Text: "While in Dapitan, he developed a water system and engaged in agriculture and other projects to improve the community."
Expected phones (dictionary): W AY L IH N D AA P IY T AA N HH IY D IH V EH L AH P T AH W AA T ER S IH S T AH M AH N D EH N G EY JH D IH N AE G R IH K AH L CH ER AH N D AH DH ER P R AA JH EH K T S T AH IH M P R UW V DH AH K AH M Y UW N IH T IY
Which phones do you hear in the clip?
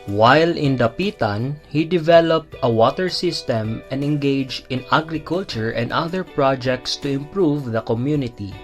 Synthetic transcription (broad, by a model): W AY L IH N D AA P IY T AA N HH IY D IH V EH L AH P T AH W AA T ER S IH S T AH M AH N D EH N G EY JH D IH N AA G R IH K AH L CH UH AH N D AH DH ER P R AA JH EH K T S T AH IH M P R UW V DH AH K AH M Y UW N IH T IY